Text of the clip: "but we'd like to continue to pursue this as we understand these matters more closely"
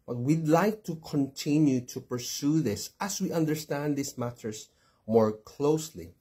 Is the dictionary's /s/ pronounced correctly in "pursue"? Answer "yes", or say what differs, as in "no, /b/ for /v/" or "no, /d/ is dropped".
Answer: yes